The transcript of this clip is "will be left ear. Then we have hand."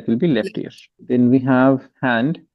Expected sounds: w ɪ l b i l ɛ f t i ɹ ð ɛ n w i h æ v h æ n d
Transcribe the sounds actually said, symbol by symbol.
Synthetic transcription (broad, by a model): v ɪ l b i l ɛ f t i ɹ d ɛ n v i h æ v h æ n d